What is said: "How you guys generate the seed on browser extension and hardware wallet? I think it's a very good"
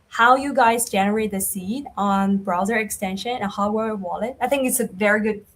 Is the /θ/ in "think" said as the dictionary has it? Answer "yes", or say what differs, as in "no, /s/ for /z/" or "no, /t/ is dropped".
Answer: yes